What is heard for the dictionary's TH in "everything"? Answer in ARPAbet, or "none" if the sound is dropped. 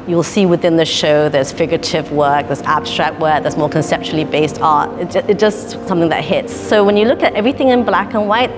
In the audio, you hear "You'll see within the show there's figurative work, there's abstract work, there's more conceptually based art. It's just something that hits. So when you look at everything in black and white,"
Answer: TH